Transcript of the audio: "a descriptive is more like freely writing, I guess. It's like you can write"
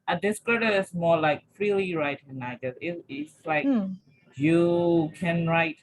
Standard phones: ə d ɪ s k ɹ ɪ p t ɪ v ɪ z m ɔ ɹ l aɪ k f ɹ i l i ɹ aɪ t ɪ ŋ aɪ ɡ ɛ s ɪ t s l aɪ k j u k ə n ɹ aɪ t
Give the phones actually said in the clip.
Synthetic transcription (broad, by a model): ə d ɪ s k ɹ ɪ t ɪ ɪ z m ɔ l aɪ k f ɹ i l i ɹ aɪ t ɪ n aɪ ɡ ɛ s ɪ t s l aɪ k j u k ə n ɹ aɪ t